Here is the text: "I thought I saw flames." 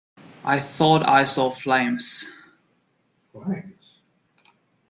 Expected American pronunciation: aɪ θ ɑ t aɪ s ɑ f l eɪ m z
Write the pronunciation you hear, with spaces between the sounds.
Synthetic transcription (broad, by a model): aɪ θ ɑ t aɪ s ɑ f l eɪ m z